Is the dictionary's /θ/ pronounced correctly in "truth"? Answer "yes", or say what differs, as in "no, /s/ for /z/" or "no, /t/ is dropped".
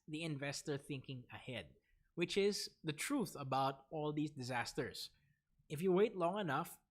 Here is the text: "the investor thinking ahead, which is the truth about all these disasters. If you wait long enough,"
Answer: yes